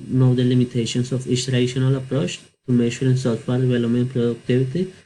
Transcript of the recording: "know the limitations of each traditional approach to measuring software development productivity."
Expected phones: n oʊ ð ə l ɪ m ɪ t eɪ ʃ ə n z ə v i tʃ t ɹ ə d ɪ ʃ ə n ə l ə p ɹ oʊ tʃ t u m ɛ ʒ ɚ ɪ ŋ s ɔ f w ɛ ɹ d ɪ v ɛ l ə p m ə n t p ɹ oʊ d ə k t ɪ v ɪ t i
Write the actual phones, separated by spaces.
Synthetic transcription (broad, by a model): n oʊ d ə l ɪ m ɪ t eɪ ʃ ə n s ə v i s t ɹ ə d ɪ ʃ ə n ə l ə p ɹ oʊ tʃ t u m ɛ ʃ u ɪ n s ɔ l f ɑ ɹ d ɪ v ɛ l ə m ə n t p ɹ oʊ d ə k t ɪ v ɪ t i